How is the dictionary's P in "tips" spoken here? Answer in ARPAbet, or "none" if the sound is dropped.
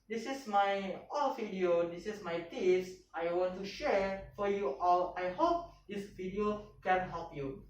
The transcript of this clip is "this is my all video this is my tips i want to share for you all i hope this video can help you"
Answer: none